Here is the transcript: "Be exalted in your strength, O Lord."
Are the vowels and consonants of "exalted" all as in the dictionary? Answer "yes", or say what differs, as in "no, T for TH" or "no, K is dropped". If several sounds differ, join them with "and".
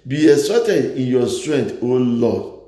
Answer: no, L is dropped